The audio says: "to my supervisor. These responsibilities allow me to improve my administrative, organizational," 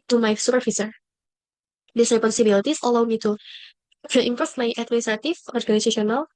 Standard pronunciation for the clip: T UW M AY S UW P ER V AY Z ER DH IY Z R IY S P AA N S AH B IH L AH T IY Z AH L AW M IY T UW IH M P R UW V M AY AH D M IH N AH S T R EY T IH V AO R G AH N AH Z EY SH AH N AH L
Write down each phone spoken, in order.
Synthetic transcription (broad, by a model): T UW M AY S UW P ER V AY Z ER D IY S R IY P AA N S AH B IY L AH T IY S AH L AW M IY T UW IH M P AO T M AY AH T M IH N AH S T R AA T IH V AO R G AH N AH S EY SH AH N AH L